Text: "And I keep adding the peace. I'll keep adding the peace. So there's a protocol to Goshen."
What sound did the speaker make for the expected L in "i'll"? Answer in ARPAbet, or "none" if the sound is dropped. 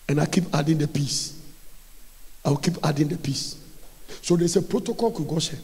W